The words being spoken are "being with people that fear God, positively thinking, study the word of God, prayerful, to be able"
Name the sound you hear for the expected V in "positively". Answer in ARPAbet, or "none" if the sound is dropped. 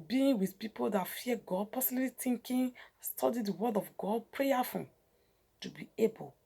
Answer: none